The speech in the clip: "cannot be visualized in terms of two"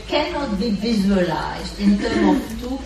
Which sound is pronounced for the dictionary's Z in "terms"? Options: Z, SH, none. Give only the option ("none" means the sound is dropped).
none